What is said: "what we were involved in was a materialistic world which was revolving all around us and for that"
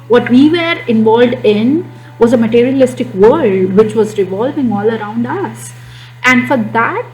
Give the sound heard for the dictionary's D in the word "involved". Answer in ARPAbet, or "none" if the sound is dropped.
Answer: D